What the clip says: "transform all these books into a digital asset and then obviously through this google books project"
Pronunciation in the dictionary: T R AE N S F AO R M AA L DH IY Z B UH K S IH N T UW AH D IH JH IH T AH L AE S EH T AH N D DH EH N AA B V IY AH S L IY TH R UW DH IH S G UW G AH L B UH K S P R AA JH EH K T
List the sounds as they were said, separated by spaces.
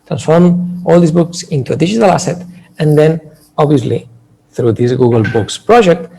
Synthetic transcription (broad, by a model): T R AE N S F AO R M AA L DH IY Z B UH K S IH N T UW AH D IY ZH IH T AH L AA S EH T AH N D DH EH N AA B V IY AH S L IY TH R UW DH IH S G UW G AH L B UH K S P R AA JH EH K T